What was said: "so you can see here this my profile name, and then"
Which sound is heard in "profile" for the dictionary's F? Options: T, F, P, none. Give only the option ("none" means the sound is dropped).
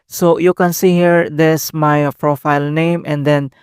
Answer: F